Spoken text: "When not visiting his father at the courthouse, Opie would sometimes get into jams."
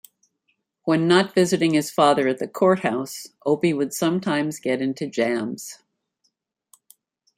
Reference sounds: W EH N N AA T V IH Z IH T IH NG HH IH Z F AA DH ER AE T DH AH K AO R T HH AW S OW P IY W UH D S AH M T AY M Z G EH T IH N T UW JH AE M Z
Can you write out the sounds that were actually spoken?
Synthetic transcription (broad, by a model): W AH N N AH T V IH Z IH T IH NG IH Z F AA DH ER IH T DH AH K AO R T HH AW S OW P IY W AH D S AH M T AY M Z G EH T IH N T UW JH AE M Z